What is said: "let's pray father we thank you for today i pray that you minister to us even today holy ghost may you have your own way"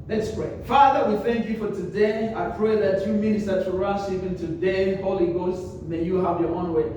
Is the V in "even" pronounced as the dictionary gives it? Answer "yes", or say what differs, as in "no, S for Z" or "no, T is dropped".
no, P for V